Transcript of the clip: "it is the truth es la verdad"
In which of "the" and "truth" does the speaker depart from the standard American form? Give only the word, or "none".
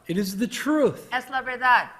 none